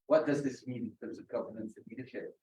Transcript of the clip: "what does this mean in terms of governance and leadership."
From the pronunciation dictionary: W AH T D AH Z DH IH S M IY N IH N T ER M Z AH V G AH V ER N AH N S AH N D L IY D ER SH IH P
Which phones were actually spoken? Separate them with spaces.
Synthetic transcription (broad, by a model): W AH T D AH Z DH IH S M IY N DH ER Z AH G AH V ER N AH N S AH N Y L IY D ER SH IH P